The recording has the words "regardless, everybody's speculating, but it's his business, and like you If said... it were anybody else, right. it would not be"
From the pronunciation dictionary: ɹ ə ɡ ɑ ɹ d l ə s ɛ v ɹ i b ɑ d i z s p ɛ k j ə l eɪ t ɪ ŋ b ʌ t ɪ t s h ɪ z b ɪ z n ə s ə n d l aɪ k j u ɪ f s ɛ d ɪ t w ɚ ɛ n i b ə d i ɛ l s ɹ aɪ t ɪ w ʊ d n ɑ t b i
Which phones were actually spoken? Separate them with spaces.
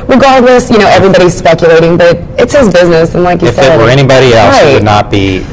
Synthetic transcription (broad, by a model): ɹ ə ɡ ɑ ɹ d l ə s ɛ v ɹ i b ɑ d i z s p ɛ k j ə l eɪ t ɪ ŋ b ʌ t ɪ t s h ɪ z b ɪ z n ə s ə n l aɪ k j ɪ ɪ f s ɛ ɪ t w ɚ ɛ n i b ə d i ɛ l s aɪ ɪ d n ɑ t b i